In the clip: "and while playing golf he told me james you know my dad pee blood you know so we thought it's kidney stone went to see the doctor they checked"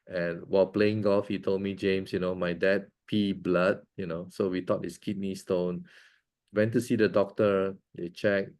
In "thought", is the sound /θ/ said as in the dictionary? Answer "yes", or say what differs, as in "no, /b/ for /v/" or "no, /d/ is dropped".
no, /t/ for /θ/